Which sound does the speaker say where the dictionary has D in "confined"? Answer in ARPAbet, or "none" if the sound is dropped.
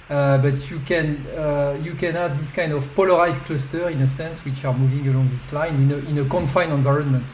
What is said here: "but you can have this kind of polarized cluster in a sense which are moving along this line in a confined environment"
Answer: none